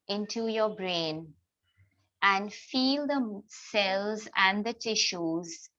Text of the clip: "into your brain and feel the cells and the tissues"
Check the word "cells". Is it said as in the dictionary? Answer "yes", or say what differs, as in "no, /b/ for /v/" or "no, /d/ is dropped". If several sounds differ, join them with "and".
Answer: yes